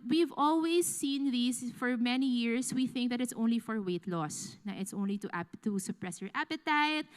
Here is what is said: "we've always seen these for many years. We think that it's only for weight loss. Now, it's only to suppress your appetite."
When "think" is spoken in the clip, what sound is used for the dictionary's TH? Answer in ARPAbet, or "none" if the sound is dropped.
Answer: TH